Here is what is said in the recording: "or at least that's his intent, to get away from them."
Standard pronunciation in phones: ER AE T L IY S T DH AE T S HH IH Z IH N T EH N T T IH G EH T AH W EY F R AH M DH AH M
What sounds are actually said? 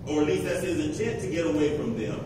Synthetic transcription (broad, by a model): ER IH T L IY S T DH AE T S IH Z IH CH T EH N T T IH G EH T AH W EY F R AH M DH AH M